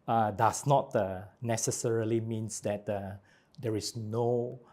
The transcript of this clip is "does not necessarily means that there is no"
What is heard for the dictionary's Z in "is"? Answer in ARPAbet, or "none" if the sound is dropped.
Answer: S